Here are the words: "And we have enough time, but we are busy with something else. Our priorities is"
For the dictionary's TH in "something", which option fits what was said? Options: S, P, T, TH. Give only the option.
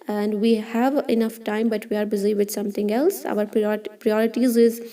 T